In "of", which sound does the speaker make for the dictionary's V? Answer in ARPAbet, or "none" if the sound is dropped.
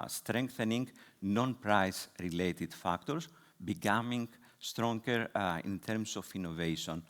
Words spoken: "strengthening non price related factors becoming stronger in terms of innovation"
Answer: F